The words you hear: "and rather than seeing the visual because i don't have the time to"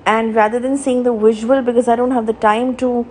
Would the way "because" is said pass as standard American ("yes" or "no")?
yes